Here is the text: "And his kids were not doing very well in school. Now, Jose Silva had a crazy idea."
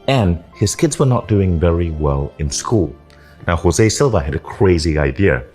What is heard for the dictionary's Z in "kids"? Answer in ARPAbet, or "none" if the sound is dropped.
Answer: Z